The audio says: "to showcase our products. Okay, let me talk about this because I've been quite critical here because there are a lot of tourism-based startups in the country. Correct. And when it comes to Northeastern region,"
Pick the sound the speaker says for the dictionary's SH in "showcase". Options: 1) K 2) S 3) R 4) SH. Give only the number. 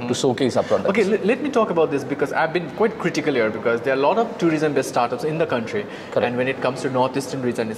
2